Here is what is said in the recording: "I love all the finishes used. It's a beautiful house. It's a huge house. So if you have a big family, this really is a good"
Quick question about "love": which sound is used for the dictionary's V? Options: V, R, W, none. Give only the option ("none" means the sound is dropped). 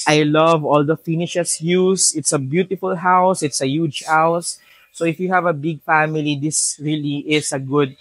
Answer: V